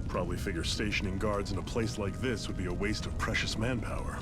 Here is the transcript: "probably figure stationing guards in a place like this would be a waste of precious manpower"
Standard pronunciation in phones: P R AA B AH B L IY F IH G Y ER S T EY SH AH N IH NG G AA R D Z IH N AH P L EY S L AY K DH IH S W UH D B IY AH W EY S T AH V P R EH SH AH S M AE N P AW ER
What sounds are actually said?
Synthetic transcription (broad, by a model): P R AA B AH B L IY F IH G Y ER S T EY SH AH N IH NG G AA R D Z IH N AH P L EY S L AY K DH IH S W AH D B IY AH W EY S T AH V P R EH SH AH S M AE N P AW ER